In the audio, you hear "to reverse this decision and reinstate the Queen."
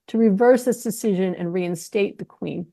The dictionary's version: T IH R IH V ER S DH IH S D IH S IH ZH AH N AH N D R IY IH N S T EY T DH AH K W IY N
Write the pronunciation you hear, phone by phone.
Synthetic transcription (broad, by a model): T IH R IH V ER S DH IH S D IH S IH ZH AH N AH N R IY IH N S T EY T DH AH K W IY N